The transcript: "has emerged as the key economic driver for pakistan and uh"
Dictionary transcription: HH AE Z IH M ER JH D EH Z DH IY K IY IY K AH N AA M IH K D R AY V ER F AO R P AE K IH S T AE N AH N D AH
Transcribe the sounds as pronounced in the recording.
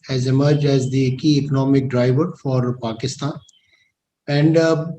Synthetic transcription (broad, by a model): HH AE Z IH M ER JH D EH Z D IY K IY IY K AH N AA M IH K D R AY V ER F AO R P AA K IH S T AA N AH N D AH